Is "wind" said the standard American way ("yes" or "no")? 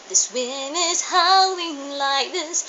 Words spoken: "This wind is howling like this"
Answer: no